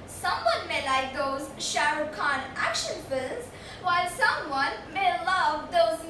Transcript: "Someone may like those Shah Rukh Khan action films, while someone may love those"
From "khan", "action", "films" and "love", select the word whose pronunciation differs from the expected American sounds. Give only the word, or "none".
films